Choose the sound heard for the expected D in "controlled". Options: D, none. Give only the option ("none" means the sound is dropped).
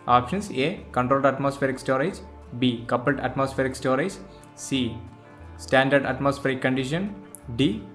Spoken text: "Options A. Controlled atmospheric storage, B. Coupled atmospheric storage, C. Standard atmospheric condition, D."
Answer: D